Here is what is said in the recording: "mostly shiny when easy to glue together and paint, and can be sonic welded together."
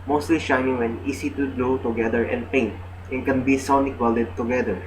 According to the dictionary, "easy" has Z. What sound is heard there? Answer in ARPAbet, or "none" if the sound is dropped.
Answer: S